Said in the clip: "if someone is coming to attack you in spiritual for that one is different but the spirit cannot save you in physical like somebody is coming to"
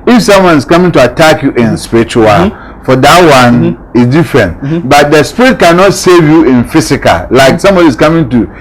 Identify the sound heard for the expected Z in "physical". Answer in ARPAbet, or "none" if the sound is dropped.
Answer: S